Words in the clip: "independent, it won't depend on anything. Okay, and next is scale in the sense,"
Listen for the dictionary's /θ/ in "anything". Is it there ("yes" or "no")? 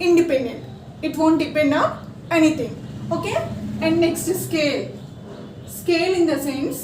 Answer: no